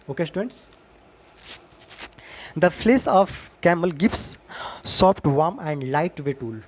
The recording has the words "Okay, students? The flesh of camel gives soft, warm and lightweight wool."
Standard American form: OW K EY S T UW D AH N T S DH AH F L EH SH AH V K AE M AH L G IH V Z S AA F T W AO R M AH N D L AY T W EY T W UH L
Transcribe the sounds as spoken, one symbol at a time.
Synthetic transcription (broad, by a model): OW K EY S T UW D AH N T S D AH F L EH S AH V K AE M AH L G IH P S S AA P T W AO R M AH N D L AY T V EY T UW L